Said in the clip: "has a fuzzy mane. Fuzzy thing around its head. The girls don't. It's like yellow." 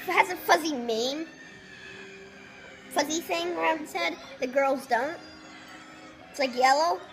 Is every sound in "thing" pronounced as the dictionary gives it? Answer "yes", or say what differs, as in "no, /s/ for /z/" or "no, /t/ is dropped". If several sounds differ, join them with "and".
yes